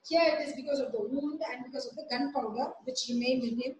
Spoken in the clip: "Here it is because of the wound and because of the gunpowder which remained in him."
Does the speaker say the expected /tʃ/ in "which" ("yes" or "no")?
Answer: yes